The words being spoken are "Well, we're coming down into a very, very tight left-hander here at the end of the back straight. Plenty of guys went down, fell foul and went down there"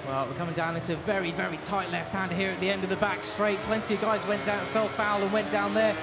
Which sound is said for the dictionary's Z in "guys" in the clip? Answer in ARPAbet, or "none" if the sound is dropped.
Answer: Z